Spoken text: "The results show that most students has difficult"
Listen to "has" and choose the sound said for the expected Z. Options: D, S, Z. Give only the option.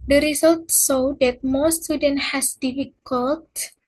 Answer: S